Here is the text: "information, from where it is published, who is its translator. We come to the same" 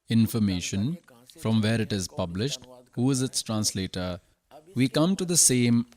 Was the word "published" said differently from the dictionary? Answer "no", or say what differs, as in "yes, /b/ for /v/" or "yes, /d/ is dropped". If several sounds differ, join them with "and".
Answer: no